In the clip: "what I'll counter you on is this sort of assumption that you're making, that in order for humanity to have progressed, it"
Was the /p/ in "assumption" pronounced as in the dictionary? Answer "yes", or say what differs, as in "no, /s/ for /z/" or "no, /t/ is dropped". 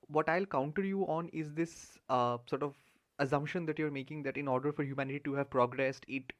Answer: yes